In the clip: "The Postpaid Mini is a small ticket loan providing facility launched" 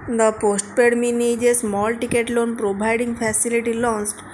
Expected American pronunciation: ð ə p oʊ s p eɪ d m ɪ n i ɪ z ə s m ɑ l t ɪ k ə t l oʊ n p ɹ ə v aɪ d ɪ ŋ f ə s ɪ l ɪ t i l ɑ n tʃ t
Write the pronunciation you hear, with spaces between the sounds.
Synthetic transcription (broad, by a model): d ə p oʊ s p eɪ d m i n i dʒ ə s m ɑ l t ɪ k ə t l oʊ n p ɹ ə b aɪ d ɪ ŋ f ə s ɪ l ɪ t i l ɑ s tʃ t